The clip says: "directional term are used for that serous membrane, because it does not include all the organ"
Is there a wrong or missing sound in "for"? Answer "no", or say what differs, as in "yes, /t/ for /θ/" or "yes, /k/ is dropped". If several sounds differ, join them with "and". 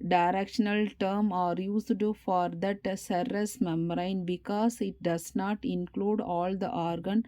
no